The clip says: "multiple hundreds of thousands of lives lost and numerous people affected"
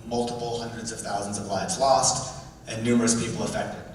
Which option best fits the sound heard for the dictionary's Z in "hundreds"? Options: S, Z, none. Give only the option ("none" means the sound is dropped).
Z